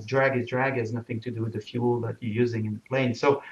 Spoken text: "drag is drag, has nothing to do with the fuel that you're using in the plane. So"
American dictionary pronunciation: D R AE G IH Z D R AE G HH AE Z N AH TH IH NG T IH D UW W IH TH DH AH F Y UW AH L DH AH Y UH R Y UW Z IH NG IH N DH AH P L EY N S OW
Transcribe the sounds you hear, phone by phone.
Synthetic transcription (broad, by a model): D R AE G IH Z D R AE G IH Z N AH TH IH NG T IH D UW W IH DH AH F Y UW L DH AH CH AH R Y UW Z IH NG IH N DH AH P L EY N S OW